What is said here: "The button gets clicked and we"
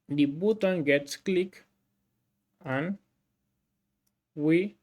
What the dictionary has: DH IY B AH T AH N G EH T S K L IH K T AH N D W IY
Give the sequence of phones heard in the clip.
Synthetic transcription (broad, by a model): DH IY B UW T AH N G EH T S K L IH K AH N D W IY